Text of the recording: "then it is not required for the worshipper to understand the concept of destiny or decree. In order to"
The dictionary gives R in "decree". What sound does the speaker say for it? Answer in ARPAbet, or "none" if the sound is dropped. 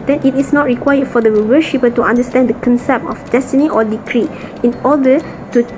R